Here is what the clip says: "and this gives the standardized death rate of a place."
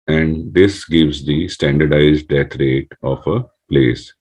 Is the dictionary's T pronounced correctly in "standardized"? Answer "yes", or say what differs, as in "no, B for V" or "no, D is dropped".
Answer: yes